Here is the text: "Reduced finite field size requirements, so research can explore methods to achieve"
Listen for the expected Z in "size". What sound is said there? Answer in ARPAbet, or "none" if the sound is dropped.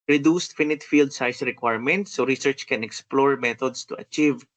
S